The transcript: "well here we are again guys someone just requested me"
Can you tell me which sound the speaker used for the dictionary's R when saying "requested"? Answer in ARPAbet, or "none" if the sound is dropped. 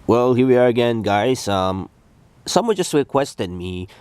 W